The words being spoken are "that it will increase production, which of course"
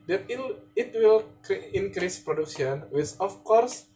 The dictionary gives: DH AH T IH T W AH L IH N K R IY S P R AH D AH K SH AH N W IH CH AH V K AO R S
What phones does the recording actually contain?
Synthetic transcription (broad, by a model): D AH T IH T W AH L IH N K R IY S P R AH D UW K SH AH N W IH S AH F K AO R S